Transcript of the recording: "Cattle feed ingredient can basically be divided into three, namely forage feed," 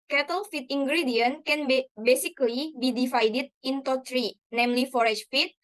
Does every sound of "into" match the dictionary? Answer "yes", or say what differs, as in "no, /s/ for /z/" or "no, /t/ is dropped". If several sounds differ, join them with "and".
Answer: yes